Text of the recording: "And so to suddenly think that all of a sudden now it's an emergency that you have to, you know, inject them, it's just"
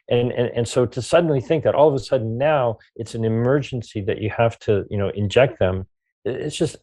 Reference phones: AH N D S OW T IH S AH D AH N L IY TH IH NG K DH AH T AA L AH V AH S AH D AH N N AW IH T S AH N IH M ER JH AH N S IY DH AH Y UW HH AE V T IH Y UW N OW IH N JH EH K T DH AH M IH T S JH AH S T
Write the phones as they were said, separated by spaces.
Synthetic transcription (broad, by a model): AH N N S OW T IH S AH D N L IY TH IH NG K DH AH T AA L AH V AH S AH D N N AW IH T S N IH M ER JH AH N S IY DH AH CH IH HH AE F T IH Y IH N OW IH N JH EH K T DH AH M IH T S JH AH S T